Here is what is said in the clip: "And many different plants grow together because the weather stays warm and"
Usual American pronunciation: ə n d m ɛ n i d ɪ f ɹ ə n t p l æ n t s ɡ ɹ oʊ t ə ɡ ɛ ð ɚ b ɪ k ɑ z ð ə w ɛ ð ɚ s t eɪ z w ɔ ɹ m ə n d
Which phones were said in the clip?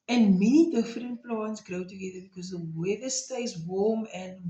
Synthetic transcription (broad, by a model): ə n m ɛ n i d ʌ f ɹ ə n t p l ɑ n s ɡ ɹ oʊ t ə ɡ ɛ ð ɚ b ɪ k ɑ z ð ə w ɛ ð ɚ s t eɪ s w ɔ l m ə n